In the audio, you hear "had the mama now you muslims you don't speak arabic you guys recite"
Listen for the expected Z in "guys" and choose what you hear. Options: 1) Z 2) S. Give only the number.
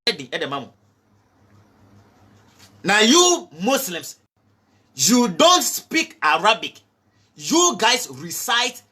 2